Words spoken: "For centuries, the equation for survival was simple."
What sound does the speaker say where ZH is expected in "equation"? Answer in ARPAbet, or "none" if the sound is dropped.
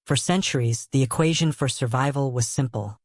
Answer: ZH